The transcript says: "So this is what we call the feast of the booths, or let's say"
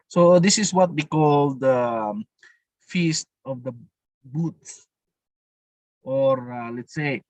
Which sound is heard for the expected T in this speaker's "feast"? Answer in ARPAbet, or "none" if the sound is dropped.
T